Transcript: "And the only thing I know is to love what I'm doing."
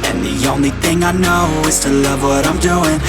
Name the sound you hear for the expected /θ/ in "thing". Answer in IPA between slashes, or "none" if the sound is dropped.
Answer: /θ/